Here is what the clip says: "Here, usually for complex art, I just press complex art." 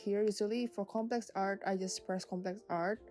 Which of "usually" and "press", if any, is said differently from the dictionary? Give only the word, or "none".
usually